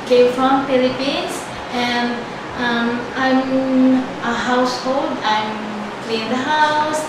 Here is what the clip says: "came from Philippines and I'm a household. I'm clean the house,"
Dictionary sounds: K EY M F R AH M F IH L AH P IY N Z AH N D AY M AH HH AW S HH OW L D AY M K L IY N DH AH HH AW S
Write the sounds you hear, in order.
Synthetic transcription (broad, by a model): K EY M F R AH M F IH L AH P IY N S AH N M AY M AH HH AW S HH OW L D AY M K L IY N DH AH HH AW S